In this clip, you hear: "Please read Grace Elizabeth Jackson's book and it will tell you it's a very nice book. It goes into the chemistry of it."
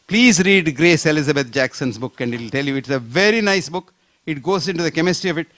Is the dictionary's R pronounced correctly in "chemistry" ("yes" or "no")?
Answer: yes